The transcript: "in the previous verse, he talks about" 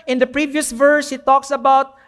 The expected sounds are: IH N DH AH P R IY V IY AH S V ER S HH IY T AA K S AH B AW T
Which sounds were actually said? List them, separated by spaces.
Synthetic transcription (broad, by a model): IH N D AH P R IY V IY AH S V ER S HH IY T AA K S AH B AW T